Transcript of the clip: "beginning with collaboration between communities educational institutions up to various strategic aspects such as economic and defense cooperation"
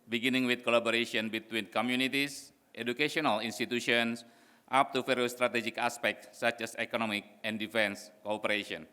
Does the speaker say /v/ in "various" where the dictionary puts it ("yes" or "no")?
no